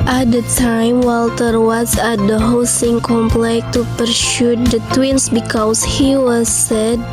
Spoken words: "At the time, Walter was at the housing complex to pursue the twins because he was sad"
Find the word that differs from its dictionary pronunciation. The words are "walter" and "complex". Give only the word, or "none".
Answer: complex